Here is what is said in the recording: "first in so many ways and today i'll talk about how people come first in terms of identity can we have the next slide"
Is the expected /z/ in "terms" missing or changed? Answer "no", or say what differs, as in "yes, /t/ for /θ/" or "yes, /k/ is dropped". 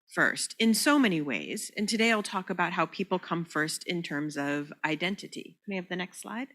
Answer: no